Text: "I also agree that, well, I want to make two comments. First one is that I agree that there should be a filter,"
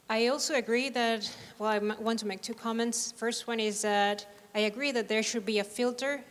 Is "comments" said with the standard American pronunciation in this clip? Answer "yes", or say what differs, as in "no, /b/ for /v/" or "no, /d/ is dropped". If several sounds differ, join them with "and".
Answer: yes